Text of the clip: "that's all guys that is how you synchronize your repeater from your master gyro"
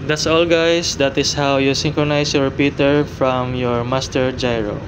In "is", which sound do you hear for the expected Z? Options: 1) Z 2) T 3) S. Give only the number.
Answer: 3